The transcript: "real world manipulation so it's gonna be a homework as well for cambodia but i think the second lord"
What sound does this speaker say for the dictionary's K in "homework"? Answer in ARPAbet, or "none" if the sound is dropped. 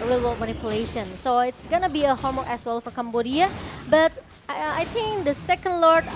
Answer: none